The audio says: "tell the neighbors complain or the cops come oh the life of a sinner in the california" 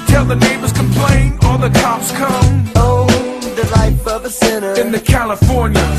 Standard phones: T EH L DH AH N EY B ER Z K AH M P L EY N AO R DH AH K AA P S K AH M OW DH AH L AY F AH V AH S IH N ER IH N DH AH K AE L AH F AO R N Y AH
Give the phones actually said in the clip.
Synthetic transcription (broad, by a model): T EH L DH AH N EY B ER Z K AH M P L EY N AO L DH AH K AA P S K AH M OW DH AH L AY F AH V AH S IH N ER IH N DH AH K AE L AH F AO R N Y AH